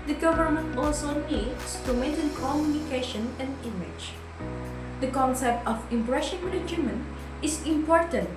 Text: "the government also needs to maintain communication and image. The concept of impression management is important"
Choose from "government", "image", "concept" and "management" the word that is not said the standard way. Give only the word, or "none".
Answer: management